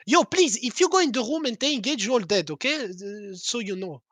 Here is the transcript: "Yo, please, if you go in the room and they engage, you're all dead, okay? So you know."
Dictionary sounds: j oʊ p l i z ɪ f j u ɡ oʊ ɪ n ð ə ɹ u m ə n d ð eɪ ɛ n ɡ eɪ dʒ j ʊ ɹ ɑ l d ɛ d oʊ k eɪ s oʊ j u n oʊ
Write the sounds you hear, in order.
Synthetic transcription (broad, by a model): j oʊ p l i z ɪ f j u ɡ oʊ ɪ n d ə ɹ u m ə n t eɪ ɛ ɡ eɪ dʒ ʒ ɑ l d ɛ d oʊ k eɪ s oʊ j u n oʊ